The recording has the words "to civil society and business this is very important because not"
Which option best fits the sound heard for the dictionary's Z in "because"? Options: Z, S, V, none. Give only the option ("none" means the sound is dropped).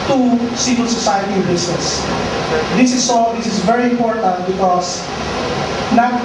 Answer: S